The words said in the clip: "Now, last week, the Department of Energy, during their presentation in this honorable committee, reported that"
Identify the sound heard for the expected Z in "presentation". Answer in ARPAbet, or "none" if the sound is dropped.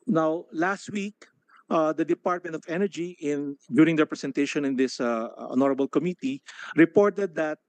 S